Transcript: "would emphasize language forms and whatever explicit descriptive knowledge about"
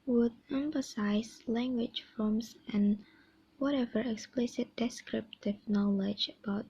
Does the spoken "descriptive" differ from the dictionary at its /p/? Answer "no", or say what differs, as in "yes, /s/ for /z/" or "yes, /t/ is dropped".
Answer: no